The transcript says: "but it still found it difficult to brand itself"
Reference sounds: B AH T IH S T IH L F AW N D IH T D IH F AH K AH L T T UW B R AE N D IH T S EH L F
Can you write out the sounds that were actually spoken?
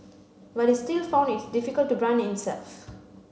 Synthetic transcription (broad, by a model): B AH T IH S T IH L F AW N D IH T D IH F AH K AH L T T UW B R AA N IH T S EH L F